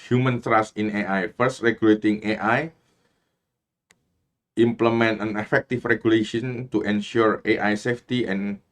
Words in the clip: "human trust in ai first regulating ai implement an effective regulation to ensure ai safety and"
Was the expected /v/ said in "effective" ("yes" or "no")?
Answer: no